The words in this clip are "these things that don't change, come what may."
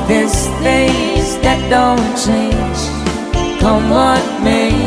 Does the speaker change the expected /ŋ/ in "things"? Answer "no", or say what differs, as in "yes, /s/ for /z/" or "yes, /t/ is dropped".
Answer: yes, /ŋ/ is dropped